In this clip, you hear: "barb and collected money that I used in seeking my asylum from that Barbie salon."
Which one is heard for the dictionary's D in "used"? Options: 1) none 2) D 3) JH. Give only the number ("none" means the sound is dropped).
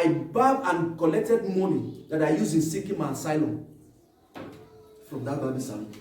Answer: 1